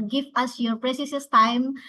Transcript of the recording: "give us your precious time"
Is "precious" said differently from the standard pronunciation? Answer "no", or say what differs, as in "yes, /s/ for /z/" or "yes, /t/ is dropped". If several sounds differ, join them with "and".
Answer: yes, /s/ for /ʃ/